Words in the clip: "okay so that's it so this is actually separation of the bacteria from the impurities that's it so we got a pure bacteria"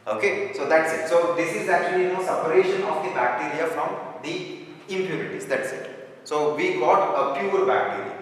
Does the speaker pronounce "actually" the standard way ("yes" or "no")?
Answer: no